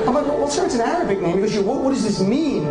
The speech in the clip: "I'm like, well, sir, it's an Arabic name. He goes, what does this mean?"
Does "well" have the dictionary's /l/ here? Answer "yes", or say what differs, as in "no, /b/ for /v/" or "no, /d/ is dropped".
no, /w/ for /l/